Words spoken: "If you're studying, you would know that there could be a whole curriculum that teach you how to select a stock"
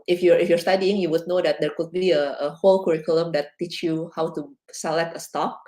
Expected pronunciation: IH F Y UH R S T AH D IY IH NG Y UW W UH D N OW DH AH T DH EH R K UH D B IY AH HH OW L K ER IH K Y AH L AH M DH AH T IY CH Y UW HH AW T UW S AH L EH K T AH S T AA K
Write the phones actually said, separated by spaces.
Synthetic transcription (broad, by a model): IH F Y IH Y S T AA D IY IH NG Y UW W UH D N OW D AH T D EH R K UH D B IY AH HH OW L K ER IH K Y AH L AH M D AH T IY CH Y UW HH AW T UW S AH L EH K T AH S T AA K